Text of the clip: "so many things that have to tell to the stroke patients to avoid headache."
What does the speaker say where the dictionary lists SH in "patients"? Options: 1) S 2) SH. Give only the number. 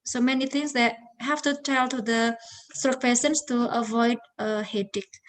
1